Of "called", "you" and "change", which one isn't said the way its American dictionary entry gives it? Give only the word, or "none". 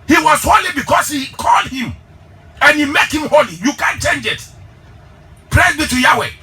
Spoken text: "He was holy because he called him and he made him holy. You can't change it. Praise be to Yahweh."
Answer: none